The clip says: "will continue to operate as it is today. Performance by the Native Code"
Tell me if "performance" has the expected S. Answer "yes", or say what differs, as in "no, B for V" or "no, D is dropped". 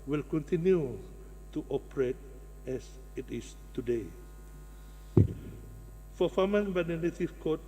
no, S is dropped